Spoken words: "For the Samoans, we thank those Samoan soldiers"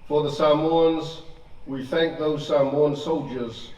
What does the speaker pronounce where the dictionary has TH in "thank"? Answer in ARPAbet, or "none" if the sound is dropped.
TH